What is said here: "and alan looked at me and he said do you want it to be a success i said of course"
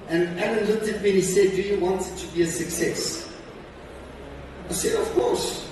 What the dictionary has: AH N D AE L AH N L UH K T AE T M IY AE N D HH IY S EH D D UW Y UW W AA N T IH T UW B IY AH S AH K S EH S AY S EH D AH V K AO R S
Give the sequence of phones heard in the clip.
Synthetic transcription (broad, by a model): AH N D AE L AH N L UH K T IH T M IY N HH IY S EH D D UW Y UW W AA N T T UW B IY AH S AH K S EH S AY S EH D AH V K AO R S